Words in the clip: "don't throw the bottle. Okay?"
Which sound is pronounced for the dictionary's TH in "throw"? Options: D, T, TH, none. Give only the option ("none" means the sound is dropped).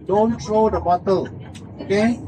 T